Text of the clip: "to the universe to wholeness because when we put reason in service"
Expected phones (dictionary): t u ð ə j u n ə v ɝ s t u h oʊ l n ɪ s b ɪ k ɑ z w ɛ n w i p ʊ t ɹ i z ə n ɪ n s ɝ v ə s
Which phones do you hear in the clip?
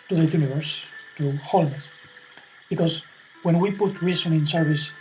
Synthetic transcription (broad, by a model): t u ð ə j u n ə v ɝ s t u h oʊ l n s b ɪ k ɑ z w ɛ n w i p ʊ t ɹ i s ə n ɪ n s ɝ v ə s